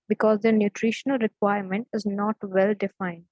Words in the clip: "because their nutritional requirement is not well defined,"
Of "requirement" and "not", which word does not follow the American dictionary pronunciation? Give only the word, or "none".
none